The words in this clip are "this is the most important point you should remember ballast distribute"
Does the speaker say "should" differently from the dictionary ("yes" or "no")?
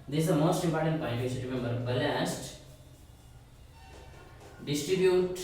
yes